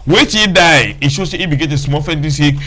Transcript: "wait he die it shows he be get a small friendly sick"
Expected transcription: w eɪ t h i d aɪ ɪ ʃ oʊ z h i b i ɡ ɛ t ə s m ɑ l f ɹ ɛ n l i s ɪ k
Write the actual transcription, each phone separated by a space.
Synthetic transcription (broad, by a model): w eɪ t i d aɪ ɪ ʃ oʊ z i b i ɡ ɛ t ə s m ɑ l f ɛ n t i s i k